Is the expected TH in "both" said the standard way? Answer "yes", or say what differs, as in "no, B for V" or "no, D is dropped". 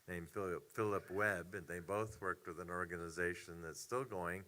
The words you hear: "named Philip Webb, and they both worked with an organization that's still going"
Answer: yes